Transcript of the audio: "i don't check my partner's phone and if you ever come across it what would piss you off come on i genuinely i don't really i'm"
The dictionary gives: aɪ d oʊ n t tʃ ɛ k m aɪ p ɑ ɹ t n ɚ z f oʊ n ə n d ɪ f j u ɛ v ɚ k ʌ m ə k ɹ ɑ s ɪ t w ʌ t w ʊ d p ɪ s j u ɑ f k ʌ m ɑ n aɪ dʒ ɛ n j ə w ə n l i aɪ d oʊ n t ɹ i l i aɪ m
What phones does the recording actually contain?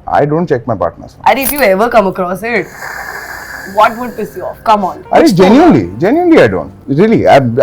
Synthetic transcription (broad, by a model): aɪ d oʊ n t tʃ ɛ k m aɪ p ɑ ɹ t n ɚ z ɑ ə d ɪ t j u ɛ v ɚ k ʌ m ə k ɹ ɑ s ɪ t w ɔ t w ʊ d p ɪ s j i ɑ f k ʌ m ɑ n aɪ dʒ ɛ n j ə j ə n l i aɪ d oʊ n t ɹ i l i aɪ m